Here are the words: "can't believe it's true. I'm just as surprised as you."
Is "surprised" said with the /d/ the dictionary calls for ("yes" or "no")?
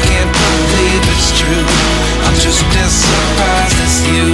no